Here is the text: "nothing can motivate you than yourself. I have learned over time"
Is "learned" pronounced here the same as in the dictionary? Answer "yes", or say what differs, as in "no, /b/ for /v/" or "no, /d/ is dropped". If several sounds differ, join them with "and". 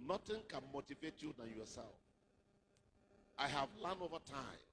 no, /d/ is dropped